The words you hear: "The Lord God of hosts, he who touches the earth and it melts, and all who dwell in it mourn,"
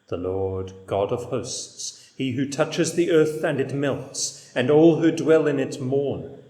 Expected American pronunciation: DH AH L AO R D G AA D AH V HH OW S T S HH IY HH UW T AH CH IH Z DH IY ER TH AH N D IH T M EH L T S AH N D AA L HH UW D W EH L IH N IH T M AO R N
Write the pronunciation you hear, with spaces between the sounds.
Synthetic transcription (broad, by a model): DH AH L AO R D G AA D AH V HH OW S T S HH IY HH UW T AH CH IH Z DH IY ER TH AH N IH T M EH L T S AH N AA L HH UW D W EH L IH N IH T M AO R N